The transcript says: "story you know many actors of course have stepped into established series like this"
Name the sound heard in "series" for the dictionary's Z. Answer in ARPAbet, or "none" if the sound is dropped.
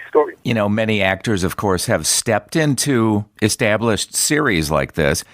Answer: Z